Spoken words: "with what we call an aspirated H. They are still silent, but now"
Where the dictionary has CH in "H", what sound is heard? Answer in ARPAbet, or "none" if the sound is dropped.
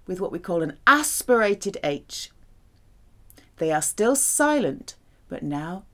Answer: CH